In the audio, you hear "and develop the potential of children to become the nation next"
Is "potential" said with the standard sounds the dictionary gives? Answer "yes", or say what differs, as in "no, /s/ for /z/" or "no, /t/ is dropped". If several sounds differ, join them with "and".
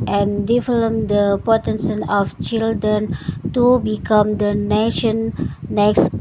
no, /s/ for /ʃ/ and /n/ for /l/